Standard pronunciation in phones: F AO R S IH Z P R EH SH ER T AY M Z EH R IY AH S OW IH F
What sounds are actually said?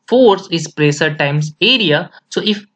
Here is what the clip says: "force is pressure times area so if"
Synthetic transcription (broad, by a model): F AO R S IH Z P R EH S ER T AY M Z EH R IY AH S OW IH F